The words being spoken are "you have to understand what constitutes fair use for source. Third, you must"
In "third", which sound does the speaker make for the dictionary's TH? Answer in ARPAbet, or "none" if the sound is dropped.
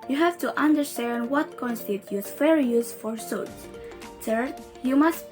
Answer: S